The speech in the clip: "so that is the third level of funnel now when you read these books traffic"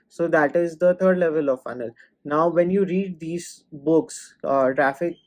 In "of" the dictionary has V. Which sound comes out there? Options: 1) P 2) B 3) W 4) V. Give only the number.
4